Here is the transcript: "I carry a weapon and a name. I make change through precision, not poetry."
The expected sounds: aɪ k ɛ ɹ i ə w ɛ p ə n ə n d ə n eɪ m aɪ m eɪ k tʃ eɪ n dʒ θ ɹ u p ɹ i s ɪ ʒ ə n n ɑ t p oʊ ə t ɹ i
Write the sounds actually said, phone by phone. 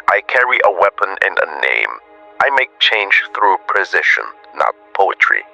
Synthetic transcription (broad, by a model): aɪ k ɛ ɹ i ə w ɛ p ə n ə n ə n eɪ m aɪ m eɪ k tʃ eɪ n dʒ θ ɹ u p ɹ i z ɪ ʃ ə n n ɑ t p oʊ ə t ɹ i